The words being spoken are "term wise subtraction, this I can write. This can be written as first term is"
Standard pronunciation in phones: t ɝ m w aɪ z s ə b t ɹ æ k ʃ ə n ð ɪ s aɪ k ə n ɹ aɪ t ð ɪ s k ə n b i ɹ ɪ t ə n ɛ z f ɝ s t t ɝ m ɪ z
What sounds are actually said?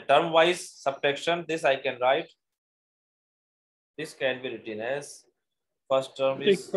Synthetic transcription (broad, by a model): t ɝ m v aɪ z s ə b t ɛ k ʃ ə n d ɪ s aɪ k ə n ɹ aɪ t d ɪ s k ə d b i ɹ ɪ t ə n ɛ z f ɝ s t t ɝ m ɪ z